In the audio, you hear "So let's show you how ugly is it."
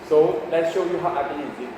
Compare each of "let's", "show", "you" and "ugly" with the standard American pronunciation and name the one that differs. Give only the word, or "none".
ugly